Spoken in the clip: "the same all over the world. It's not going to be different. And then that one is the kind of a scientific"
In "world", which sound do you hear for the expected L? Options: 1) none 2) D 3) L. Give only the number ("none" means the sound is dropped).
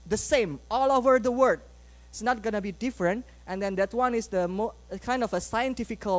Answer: 1